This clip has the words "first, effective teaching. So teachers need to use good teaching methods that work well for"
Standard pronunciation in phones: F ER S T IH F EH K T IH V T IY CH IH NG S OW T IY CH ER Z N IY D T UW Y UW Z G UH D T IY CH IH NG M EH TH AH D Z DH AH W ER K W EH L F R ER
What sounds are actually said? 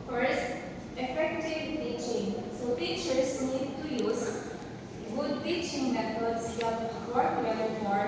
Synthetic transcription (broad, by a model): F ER S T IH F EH K T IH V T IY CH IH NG S OW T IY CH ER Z N IY D T UW Y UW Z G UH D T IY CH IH NG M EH T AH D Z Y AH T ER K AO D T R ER